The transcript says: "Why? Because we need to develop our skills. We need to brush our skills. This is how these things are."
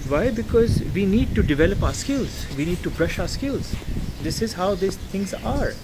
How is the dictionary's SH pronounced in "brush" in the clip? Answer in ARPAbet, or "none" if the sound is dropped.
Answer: SH